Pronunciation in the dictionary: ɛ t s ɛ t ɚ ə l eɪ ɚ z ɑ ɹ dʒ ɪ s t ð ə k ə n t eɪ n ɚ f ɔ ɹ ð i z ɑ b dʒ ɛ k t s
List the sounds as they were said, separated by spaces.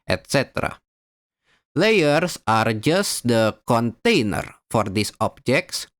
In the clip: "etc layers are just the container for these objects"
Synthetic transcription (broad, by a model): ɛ t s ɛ t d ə l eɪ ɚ s ɑ ɹ dʒ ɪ s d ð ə k ə n t eɪ n ɚ f ɔ ɹ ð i s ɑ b dʒ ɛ k t s